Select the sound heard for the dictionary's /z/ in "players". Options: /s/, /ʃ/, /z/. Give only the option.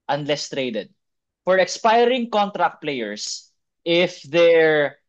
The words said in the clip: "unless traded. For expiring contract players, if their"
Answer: /s/